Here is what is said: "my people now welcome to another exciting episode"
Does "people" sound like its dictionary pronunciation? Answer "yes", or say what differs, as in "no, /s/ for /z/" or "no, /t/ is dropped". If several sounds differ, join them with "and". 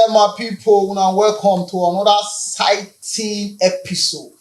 no, /w/ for /l/